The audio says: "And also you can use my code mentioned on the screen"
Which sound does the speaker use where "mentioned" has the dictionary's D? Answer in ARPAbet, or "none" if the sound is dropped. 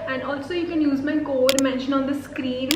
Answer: none